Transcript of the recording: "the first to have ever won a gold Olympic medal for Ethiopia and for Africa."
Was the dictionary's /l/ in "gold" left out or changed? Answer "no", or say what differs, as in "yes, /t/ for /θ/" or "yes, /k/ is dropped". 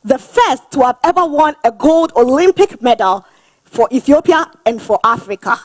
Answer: no